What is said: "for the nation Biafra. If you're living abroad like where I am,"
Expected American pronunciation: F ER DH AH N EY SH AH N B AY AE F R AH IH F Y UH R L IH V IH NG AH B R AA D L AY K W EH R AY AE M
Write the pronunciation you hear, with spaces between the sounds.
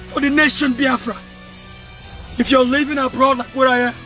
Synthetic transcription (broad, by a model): F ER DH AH N EY SH AH N B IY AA F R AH IH F Y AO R L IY V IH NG AH B R AA D L AY K W EH R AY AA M